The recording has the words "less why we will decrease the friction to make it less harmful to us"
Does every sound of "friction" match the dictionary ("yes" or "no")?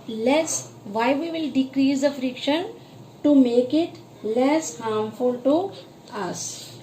yes